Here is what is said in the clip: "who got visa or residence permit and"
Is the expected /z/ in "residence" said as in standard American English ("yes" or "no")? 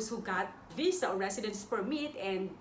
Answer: no